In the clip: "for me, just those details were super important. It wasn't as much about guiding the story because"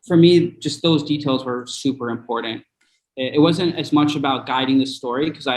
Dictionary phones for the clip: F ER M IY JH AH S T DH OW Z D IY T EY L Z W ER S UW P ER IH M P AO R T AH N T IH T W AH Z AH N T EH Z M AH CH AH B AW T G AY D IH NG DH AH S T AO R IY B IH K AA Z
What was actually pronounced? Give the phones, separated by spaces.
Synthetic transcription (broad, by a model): F ER M IY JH AH S T DH OW Z D IY T EY L Z W ER S UW P ER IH M P AO R T N T IH T W AH Z AH N T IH Z M AH CH AH B AW T G AY D IH NG DH AH S T AO R IY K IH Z AA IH